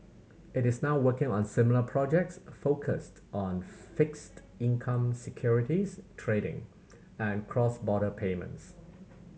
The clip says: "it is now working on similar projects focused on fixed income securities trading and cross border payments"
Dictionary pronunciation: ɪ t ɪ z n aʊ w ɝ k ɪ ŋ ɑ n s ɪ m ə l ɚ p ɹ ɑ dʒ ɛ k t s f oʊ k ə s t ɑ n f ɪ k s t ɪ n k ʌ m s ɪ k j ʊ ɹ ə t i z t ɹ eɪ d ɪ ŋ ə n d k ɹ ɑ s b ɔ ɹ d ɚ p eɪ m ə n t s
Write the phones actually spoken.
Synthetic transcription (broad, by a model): ɪ t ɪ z n aʊ w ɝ k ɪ ŋ ɑ n s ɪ m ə l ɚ p ɹ ɑ dʒ ɛ k t s f oʊ k ə s t ɑ n f ɪ k s t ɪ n k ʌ m s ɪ k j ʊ ɹ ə t i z t ɹ eɪ d ɪ ŋ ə n k ɹ ɑ s b ɔ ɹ d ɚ p eɪ m ə n t s